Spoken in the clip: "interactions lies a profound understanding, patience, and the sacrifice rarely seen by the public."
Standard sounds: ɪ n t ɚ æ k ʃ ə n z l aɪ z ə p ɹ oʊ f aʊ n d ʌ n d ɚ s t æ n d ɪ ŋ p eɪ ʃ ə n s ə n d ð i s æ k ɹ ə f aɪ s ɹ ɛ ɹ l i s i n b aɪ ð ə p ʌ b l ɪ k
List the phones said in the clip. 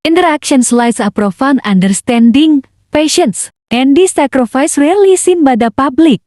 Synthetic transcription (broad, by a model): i n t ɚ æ k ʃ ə n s l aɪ s ə p ɹ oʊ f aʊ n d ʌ n d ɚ s t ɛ n d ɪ ŋ p eɪ ʃ ə n s ə n d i s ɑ k ɹ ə f aɪ s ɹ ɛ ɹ l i s i n b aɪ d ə p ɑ b l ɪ k